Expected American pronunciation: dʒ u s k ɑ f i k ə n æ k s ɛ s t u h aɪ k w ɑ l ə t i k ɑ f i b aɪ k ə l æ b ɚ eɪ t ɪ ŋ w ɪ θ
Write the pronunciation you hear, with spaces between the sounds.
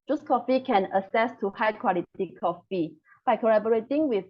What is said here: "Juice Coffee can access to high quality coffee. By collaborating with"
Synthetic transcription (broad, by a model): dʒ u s k ɑ f i k ə n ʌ s ɛ s t u h aɪ k w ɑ l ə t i k ɑ f i b aɪ k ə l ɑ b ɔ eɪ t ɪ ŋ w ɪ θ